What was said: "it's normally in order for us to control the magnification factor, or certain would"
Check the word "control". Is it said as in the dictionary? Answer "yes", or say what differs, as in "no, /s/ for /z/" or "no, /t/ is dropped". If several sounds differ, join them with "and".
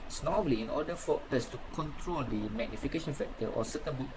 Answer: yes